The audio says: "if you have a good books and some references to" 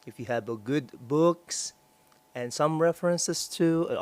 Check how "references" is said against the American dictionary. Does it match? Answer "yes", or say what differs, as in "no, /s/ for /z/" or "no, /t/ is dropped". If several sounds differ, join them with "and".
no, /s/ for /z/